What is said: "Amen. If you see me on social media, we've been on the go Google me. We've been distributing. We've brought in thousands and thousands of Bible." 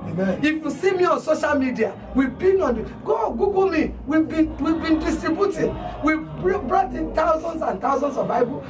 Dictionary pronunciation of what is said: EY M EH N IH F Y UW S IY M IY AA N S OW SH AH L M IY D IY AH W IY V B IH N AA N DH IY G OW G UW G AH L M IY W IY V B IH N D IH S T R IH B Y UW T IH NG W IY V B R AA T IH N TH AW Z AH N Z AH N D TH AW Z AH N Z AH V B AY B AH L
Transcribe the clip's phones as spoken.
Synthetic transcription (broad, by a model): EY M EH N IH F Y UW S IY M IY AA N S OW SH AH L M IY D IY AH W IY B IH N AA N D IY G OW G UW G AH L M IY W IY W B IH N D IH S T IY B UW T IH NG W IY B R AA T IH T AW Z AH N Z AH N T AW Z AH N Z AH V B AY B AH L